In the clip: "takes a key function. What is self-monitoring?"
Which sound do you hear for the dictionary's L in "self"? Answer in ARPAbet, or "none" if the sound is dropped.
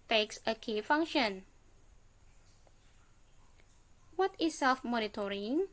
L